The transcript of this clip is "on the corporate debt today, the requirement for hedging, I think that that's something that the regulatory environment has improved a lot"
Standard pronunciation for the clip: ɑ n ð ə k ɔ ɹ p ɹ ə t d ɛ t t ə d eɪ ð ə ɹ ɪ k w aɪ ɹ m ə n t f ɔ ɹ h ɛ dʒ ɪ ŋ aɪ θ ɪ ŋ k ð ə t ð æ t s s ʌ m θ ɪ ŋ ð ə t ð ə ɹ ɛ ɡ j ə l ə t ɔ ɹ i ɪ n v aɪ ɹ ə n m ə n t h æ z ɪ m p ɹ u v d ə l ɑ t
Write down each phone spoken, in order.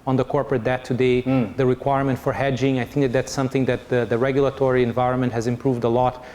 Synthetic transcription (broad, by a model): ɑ n ð ə k ɔ ɹ p ɹ ə t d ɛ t t ə d eɪ ð ə ɹ ɪ k w aɪ ɹ m ə n t f ɔ ɹ h ɛ dʒ ɪ ŋ aɪ θ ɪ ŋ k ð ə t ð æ t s s ʌ m θ ɪ ŋ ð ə t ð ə ɹ ɛ ɡ j ə l ə t ɔ ɹ i ɪ n v aɪ ɹ ə n m ə n t h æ z ɪ m p ɹ u v d ə l ɑ t